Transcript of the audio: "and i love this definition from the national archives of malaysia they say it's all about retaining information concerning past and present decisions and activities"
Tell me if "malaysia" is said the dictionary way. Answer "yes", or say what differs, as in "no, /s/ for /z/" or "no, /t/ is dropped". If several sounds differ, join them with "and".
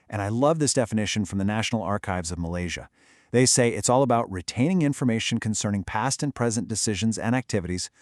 yes